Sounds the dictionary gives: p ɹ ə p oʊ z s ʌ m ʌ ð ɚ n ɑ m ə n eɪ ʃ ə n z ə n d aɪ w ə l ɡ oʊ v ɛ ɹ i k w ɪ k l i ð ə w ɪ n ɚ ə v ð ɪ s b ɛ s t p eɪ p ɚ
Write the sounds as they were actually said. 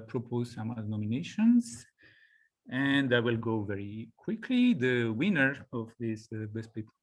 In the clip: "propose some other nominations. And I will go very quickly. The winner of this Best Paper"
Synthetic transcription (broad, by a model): p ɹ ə p oʊ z s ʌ m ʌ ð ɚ n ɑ m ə n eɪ ʃ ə n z ə n d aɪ w ə l ɡ oʊ v ɛ ɹ i k w ɪ k l i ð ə w ɪ n ɚ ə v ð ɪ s b ɛ s t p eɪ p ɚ